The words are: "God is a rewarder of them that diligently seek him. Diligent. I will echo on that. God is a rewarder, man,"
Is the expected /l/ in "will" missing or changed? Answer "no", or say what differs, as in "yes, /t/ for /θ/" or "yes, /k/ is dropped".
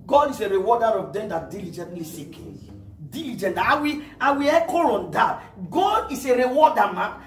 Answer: yes, /w/ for /l/